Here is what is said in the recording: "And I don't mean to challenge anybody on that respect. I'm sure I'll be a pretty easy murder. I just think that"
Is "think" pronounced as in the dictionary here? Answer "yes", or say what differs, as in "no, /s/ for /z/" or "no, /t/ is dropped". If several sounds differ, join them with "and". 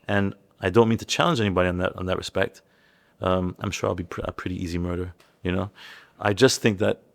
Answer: yes